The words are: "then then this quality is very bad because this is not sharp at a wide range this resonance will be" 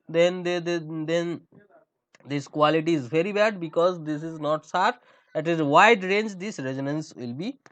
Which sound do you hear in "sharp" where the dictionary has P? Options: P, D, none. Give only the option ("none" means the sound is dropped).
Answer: none